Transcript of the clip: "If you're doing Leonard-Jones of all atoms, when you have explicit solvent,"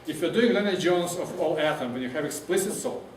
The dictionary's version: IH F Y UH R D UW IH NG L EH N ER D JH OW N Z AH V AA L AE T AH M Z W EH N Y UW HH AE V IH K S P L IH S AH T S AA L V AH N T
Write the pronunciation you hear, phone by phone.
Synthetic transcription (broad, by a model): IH F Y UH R D UW IH NG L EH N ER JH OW N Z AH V AA L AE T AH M W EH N Y UW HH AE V IH K S P L IH S AH T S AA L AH